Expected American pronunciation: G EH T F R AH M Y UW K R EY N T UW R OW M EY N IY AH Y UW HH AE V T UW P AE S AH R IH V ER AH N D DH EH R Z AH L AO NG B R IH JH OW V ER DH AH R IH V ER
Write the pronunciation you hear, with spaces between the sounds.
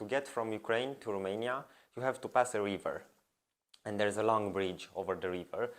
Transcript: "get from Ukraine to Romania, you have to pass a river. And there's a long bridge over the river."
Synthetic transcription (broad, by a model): G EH T F R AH M Y UW K R EY N T UW R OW M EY N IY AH Y UW HH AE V T UW P AE S AH R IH V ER AH N D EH R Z AH L AO NG B R IH JH OW V ER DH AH R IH V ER